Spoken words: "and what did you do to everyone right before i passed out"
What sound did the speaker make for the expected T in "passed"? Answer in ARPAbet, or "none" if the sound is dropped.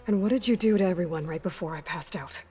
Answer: T